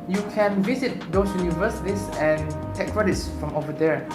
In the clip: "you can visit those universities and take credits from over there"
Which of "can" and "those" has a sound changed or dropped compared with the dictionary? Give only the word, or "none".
those